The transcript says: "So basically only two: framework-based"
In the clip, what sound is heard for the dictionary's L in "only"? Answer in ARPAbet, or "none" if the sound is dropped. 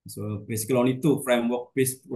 none